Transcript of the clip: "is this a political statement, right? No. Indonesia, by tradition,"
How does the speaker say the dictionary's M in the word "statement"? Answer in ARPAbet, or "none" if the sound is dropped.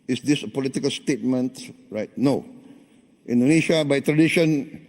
M